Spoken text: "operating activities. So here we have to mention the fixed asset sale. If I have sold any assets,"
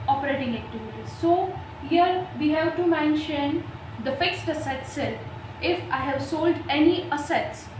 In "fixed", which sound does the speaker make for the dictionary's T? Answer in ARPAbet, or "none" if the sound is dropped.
T